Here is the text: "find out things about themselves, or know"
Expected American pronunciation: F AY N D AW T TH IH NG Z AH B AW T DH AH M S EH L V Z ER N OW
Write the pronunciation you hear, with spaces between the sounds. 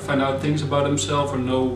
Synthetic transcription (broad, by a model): F AY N D AW T TH IH NG Z AH B AW T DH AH M S EH L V ER N OW